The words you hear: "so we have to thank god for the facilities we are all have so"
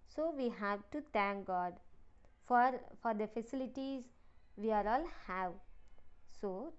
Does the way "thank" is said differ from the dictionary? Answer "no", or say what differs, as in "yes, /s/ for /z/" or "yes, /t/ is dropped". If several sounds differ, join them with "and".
yes, /t/ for /θ/